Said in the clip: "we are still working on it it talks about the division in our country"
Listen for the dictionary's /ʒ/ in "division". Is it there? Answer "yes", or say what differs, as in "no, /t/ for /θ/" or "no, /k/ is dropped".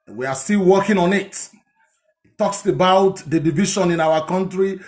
no, /ʃ/ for /ʒ/